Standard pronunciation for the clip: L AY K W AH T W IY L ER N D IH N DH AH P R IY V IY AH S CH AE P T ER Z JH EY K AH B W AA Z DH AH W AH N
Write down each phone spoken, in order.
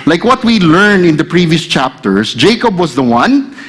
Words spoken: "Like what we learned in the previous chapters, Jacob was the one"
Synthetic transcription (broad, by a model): L AY K W AH T W IY L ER N IH N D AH P R IY V IY AH S CH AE P T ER S JH EY K AH B W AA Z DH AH W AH N